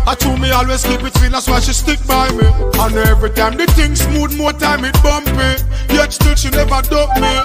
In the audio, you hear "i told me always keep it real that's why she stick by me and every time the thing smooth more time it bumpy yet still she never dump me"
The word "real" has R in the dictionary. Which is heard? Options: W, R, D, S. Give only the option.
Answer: W